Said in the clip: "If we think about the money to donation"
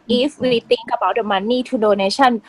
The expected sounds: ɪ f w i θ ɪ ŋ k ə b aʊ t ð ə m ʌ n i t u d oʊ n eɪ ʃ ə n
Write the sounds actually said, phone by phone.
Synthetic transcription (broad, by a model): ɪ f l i t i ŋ k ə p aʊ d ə m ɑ n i t u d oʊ n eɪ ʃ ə n